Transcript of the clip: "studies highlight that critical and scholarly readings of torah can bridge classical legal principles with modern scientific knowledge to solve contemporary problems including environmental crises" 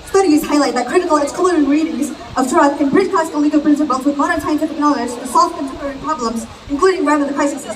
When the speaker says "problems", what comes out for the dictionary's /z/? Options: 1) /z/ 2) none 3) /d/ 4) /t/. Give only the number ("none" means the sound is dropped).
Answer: 1